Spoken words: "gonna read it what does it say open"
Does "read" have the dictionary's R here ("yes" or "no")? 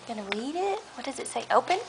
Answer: yes